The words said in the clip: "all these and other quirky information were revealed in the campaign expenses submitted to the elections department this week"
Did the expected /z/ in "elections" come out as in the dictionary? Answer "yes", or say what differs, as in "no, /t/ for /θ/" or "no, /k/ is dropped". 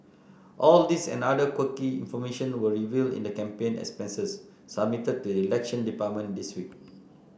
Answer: no, /z/ is dropped